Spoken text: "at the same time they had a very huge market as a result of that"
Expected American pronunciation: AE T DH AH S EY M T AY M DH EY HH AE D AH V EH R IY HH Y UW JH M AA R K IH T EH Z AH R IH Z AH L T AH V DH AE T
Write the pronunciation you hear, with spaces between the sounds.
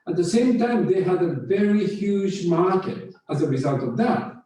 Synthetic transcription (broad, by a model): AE T DH AH S EY M T AY M DH EY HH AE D AH V EH R IY HH Y UW JH M AA R K IH T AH Z AH R IH Z AH L T AH V DH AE T